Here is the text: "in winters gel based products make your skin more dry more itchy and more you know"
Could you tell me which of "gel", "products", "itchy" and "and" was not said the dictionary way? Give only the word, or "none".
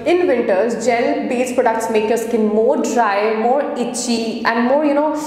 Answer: none